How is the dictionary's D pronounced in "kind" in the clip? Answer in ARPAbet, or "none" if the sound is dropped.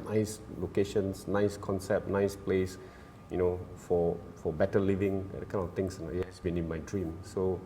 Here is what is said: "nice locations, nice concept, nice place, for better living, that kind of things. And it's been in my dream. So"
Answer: none